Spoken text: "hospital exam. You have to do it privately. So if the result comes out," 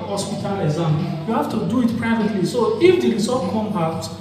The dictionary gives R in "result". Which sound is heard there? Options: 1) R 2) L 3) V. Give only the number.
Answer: 2